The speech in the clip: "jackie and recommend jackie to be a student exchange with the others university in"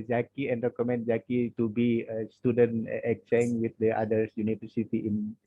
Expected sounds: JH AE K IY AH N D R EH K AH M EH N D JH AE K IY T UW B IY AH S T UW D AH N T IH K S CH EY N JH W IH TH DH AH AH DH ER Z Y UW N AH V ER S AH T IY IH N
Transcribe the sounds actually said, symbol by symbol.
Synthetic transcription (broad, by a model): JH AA K IY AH N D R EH K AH M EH N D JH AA K IY T UW B IY AH S T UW D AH N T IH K CH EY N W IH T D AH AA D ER S Y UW N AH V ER S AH T IY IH N